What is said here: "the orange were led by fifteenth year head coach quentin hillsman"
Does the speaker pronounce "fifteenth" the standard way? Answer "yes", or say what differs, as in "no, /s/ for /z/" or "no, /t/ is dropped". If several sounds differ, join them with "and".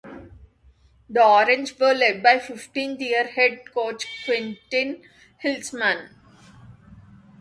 no, /t/ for /θ/